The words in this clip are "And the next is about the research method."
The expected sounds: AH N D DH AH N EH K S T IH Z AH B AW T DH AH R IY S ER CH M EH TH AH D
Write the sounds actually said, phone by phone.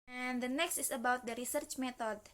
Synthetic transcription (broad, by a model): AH N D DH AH N EH K S T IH S AH B AW T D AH R IY S ER CH M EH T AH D